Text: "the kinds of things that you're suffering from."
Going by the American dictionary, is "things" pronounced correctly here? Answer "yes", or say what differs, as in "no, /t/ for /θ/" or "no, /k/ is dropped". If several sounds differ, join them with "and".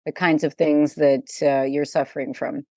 yes